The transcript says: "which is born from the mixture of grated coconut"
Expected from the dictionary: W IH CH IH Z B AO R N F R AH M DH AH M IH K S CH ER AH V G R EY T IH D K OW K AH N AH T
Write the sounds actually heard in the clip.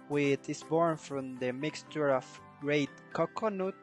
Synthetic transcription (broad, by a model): W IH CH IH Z B AO R N F R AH M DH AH M IH K S CH ER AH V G R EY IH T K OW K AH N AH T